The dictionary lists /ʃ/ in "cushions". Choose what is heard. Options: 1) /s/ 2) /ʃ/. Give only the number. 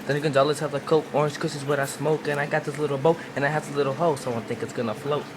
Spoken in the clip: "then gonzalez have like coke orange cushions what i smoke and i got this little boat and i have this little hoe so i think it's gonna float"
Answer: 1